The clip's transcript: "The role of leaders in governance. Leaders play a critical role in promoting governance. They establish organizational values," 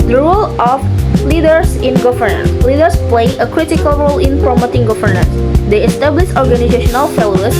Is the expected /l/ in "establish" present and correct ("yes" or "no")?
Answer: yes